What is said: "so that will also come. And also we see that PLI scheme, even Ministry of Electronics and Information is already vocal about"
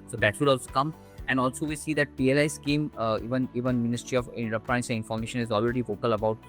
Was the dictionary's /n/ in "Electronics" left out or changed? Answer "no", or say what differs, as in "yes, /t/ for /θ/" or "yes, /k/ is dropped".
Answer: yes, /n/ is dropped